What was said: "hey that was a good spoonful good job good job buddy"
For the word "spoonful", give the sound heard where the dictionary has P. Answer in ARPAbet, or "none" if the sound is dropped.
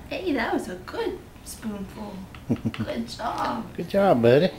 P